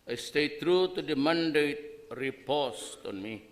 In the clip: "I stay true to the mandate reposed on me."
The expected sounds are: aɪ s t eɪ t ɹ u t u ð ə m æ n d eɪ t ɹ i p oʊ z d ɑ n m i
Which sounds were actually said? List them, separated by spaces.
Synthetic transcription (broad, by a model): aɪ s t eɪ t ɹ u t u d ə m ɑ n d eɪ t ɹ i p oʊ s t ɑ n m i